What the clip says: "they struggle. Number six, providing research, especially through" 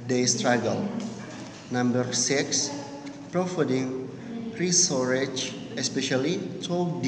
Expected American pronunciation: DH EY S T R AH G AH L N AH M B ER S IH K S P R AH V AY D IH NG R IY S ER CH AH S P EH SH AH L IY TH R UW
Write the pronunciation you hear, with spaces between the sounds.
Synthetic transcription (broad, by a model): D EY S T R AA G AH L N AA M B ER S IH K S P R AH F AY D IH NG R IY S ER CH AH S P EH SH AH L IY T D